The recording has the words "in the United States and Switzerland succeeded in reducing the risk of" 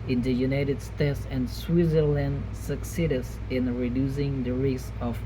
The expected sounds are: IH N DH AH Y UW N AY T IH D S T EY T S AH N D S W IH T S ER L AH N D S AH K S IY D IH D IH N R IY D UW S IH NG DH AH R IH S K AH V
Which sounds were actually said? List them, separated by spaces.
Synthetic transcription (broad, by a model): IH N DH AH Y UW N AY T IH D S T EY T S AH N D S W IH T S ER L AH N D S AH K S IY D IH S IH N R IY D UW S IH NG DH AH R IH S AH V